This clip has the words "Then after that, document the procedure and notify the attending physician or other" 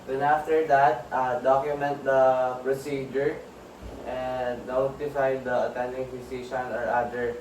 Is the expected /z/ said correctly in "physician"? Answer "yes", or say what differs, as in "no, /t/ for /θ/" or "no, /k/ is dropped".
no, /s/ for /z/